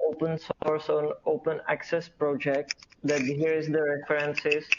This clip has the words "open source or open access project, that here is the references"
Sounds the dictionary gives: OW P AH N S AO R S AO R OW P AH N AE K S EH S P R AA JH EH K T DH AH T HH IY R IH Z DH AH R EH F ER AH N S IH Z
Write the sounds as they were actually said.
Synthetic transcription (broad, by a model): OW P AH N S AO R S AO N OW P AH N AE K S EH S P R AA JH EH K T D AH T HH IY R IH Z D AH R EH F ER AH N S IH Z